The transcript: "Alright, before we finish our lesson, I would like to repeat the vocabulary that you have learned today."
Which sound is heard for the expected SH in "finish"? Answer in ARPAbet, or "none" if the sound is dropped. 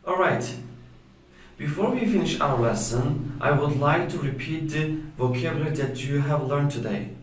SH